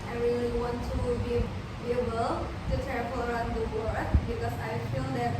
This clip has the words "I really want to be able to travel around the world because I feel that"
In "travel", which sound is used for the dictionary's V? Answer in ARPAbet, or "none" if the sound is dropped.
P